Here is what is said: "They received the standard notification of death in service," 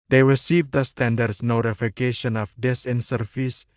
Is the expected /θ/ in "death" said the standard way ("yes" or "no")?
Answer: no